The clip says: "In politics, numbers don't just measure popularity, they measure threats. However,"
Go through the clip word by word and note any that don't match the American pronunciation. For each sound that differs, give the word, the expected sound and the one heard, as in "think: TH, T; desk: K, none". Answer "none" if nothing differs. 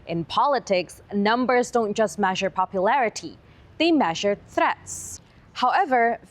none